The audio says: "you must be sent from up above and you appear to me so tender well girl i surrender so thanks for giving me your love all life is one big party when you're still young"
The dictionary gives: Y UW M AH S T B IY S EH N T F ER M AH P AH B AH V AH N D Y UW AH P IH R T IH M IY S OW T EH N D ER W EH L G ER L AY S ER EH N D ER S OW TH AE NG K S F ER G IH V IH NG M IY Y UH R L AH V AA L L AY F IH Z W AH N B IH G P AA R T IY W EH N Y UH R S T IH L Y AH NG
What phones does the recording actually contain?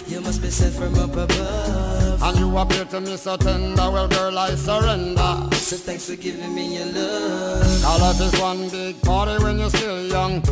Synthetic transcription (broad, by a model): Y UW M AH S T B IY S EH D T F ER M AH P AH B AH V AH N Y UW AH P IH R T IH M IY S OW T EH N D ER W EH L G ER L AY S ER EH N D ER S OW TH AE NG K S F ER G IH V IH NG M IY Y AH L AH AA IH L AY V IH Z W AH N B IH G P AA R T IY W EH N Y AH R S T IH L Y AH NG